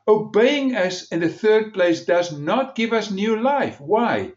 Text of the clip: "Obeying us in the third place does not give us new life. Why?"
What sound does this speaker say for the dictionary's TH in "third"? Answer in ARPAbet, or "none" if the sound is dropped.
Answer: TH